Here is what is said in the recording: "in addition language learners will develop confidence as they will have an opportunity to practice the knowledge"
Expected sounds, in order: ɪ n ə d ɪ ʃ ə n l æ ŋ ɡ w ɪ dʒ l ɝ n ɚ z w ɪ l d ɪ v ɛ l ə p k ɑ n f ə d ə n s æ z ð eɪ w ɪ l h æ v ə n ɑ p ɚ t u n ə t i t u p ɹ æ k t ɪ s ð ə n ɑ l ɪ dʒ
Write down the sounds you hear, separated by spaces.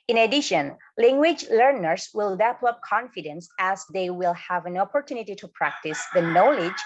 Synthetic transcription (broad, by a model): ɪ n ə d ɪ ʃ ə n l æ ŋ ɡ w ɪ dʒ l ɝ n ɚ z w ɪ l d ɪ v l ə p k ɑ n f ə d ə n s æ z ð eɪ w ɪ l h æ v ə n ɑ p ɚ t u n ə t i t u p ɹ æ k t ɪ s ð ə n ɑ l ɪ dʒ